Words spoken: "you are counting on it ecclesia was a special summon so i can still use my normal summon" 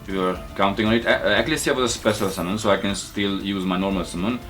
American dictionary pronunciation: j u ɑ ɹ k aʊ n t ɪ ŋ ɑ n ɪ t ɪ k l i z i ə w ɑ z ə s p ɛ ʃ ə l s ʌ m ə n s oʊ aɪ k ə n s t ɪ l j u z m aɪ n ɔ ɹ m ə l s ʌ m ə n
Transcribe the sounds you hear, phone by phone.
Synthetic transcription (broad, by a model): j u ɑ ɹ k aʊ n t ɪ ŋ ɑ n ɪ t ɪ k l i s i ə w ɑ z ə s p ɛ s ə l s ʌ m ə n s oʊ aɪ k ə n s t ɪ l j u z m aɪ n ɔ ɹ m ə l s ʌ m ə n